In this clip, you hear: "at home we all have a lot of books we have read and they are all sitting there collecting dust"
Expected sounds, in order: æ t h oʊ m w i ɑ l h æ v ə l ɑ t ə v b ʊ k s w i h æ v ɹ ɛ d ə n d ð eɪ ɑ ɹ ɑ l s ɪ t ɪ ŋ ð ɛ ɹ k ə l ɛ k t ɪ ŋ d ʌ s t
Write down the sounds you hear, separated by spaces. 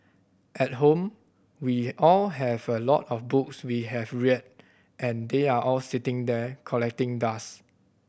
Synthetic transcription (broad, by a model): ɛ t h oʊ m w i ɑ l h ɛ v ə l ɑ t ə f b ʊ k s w i h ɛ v ɹ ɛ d ə n d eɪ ɑ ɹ ɑ l s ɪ t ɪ ŋ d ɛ k ə l ɛ k t ɪ ŋ d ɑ s